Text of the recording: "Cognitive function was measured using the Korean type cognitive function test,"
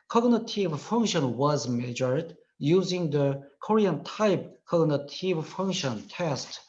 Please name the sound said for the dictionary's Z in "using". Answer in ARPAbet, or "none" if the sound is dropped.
Z